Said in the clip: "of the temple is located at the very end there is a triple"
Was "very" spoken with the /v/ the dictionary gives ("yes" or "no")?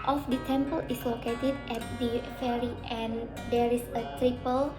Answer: no